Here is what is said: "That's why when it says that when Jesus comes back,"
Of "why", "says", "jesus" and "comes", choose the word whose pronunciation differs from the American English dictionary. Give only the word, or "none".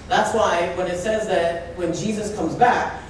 none